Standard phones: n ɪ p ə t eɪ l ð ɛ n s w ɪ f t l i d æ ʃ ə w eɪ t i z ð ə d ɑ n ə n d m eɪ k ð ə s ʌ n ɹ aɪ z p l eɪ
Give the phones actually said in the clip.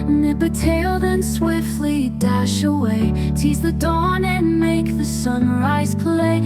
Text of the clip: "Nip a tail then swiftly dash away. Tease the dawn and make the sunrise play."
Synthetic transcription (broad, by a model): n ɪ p ə t eɪ l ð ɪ n s w ɪ f t l i d æ ʃ ə w eɪ t i z ð ə d ɑ n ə n m eɪ k ð ə s ʌ n ɹ aɪ z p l eɪ